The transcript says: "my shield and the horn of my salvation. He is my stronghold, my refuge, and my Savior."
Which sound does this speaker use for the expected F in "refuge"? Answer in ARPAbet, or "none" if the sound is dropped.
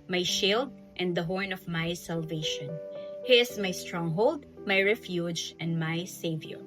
F